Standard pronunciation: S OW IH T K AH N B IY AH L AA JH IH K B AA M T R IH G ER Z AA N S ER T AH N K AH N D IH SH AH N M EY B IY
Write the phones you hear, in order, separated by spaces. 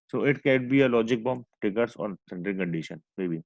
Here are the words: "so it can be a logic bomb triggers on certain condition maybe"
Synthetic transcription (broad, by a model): S OW IH T K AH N B IY AH L AA JH IH K B AA M T IH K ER S AA N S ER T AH L K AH N D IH SH AH N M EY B IY